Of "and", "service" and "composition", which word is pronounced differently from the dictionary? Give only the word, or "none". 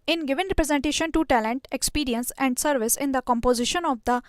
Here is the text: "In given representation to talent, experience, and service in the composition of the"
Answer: none